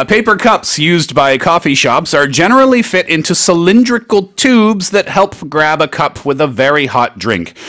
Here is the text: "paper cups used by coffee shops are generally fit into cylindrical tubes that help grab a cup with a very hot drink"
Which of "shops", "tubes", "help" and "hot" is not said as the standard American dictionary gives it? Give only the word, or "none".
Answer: none